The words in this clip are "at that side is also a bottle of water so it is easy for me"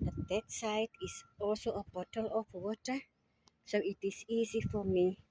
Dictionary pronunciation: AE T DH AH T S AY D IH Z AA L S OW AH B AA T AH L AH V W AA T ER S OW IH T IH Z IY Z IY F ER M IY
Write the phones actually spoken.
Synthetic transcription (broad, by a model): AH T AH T S AY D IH S AA L S OW AH B AA T AH L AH F W AA T ER S OW IH T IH S IY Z IY F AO M IY